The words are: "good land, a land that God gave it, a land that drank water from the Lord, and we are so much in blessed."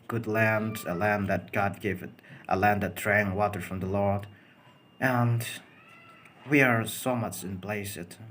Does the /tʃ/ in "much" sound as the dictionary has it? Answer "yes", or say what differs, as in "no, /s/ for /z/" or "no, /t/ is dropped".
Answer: yes